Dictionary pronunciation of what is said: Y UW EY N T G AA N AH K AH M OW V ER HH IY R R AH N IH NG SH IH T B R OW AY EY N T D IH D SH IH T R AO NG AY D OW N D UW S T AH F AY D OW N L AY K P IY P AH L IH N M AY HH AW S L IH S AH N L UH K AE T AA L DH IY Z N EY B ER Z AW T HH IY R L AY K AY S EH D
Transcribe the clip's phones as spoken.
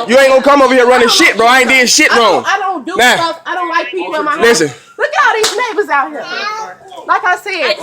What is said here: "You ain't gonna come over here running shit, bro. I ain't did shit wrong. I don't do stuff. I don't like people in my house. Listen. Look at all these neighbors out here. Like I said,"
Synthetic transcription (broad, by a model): Y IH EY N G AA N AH K AH M OW V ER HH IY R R AH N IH SH IH T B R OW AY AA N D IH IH SH IH T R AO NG AY D OW N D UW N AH AY D OW N L AY K P IY P L IH N M AY L IH S AH N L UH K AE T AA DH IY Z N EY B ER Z AW T HH IY R L AY K AY S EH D